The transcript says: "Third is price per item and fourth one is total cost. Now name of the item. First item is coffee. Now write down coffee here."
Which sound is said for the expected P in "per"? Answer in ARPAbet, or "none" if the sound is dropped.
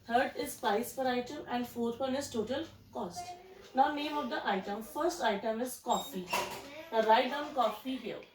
F